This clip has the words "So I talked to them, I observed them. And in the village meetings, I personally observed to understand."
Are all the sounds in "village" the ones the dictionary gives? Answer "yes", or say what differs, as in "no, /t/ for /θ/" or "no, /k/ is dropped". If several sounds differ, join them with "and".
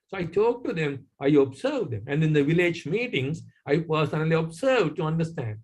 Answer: yes